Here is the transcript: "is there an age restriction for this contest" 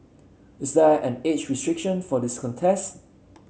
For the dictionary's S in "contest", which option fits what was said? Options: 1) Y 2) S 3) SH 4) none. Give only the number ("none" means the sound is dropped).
2